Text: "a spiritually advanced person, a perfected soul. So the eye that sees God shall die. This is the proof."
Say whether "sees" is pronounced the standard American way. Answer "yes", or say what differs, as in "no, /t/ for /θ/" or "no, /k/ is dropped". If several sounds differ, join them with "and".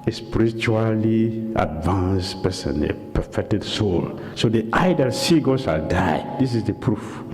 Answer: no, /z/ is dropped